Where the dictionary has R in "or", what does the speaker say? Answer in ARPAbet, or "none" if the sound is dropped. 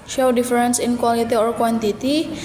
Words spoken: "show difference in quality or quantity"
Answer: R